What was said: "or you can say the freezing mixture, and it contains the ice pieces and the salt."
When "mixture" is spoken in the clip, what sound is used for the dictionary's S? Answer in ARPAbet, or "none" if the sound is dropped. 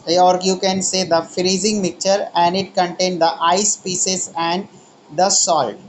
none